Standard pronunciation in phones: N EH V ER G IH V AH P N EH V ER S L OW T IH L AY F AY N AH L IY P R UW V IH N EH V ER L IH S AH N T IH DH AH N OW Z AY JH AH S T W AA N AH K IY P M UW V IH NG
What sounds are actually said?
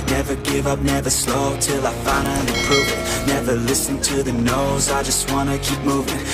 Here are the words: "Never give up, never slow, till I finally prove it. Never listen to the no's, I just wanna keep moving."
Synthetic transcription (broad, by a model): N EH V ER G IH V AH P N EH V ER S L OW T IH L AY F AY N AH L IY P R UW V IH N EH V ER L IH S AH N T IH DH AH N OW Z AY JH AH S T W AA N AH K IY P M UW V IH NG